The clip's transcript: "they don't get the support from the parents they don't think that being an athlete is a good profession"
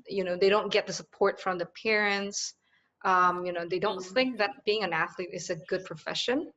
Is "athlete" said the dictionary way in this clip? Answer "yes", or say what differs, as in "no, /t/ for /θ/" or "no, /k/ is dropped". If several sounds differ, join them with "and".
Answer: yes